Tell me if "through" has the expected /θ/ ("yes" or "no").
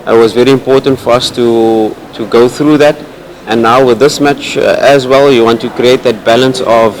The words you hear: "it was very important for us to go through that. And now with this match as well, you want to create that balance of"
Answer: yes